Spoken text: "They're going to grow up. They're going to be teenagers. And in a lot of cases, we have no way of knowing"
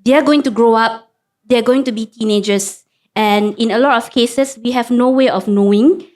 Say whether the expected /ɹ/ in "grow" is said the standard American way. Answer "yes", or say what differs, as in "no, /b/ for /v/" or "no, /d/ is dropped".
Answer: yes